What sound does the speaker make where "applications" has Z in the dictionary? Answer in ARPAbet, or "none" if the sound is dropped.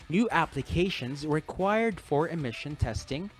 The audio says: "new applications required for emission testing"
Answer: Z